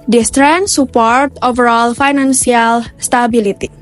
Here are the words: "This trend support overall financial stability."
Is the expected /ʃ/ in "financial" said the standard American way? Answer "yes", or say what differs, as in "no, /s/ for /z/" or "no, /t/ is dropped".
no, /s/ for /ʃ/